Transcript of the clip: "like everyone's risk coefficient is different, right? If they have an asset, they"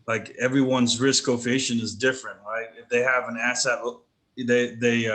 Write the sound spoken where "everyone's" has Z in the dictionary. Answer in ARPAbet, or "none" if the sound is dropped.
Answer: Z